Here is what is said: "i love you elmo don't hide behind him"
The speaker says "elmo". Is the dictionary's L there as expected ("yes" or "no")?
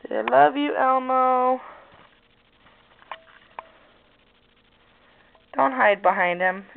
yes